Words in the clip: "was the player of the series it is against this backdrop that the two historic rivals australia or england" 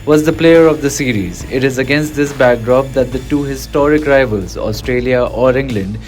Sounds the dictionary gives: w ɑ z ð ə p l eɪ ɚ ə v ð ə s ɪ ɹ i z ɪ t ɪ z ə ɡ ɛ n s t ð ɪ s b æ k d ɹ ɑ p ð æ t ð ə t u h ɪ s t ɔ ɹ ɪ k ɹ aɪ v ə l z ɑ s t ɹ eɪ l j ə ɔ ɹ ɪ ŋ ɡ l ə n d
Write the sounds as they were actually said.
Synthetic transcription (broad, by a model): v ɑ z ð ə p l eɪ ɚ ə v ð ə s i ɹ i z ɪ t ɪ z ə ɡ ɛ n s t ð ɪ s b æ k d ɹ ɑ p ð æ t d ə t u h ɪ s t ɔ ɹ ɪ k ɹ aɪ v ə l z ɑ s t ɹ eɪ l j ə ɔ ɹ ɪ ŋ ɡ l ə n d